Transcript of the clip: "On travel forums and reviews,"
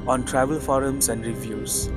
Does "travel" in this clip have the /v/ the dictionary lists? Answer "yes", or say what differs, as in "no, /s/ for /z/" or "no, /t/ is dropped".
yes